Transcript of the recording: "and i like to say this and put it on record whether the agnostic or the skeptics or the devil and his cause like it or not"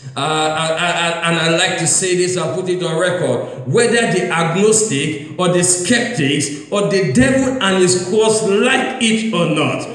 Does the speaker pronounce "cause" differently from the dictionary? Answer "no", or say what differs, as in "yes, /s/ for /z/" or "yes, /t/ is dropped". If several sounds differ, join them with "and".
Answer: yes, /s/ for /z/